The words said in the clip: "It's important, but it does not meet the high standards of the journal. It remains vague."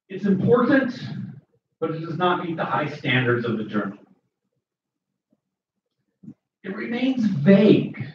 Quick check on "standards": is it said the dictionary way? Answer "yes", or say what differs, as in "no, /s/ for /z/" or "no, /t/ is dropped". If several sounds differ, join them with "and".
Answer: yes